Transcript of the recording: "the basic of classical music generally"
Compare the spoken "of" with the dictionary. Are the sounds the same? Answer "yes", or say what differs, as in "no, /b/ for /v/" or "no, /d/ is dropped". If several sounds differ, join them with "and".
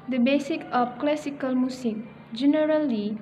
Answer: no, /p/ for /v/